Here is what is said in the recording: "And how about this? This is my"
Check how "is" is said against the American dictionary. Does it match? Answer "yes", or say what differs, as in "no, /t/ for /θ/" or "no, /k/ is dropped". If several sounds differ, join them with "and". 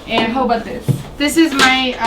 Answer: yes